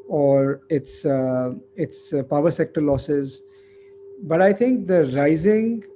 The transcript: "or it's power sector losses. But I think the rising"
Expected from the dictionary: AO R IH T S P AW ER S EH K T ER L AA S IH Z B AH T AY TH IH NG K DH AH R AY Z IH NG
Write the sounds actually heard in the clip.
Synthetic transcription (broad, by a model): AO R IH T S P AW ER S EH K T ER L AA S IH Z B AH T AY T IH NG K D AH R AY Z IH NG